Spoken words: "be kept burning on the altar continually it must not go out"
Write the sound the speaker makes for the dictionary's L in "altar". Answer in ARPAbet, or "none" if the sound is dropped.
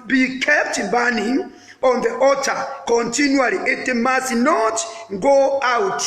none